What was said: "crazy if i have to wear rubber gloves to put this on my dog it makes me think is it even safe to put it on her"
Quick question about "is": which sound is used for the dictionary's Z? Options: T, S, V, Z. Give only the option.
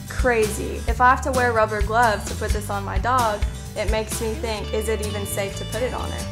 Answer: Z